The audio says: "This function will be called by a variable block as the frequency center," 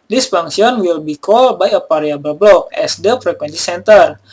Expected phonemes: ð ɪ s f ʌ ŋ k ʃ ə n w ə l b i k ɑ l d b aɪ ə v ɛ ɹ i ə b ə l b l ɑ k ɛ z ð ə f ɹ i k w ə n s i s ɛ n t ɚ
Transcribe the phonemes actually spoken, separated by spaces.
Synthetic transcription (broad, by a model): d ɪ s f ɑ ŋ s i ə n w ə l b i k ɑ l b aɪ ə p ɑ ɹ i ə b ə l b l ɑ k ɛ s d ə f ɹ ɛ k w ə n s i s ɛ n t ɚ